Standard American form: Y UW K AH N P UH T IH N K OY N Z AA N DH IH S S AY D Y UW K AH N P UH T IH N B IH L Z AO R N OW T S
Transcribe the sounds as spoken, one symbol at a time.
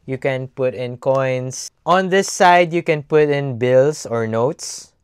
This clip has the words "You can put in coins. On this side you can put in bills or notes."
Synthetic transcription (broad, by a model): Y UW K AH N P UH T IH N K OY N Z AA N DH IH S S AY D Y UW K AH N P UH T IH N B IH L S AO R N OW T S